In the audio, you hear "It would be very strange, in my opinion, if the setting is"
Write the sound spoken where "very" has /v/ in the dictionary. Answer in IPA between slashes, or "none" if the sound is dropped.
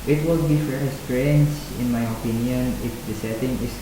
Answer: /f/